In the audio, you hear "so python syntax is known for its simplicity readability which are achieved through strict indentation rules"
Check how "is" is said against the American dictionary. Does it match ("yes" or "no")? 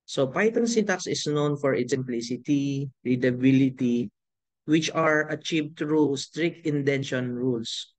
no